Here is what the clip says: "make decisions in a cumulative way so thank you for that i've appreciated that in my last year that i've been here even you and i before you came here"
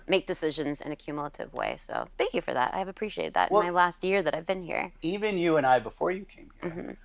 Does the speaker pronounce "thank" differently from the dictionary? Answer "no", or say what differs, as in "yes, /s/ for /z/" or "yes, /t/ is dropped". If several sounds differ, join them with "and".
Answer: no